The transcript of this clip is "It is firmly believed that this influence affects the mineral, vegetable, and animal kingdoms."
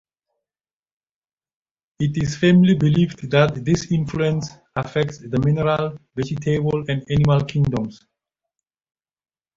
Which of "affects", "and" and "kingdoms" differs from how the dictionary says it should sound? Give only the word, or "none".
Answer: kingdoms